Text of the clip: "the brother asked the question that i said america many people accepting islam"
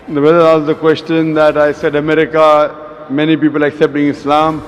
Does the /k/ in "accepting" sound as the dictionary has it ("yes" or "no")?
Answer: yes